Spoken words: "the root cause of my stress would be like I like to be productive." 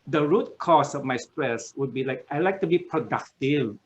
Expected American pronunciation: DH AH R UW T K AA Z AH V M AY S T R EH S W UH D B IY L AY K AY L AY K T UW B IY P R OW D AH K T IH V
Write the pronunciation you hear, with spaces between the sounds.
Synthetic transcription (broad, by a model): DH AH R UW T K AA S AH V M AY S T R EH S W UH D B IY L AY K AY L AY K T UW B IY P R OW D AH K T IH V